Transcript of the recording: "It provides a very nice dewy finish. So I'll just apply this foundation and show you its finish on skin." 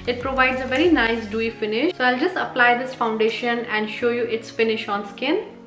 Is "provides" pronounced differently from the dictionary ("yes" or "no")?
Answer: no